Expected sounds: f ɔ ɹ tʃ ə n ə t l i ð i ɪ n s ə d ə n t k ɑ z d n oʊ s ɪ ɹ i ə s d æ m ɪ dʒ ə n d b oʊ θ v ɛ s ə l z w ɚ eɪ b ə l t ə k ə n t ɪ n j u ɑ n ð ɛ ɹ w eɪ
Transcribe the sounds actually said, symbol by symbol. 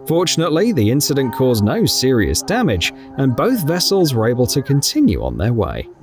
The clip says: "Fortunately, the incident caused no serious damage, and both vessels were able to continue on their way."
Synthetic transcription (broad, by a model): f ɔ ɹ tʃ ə n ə t l i ð i ɪ n s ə d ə n k ɑ z n oʊ s ɪ ɹ i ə s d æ m ɪ dʒ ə n b oʊ θ v ɛ s ə l z w ɚ eɪ b ə l t ə k ə n t ɪ n j u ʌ n ð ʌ ɹ w eɪ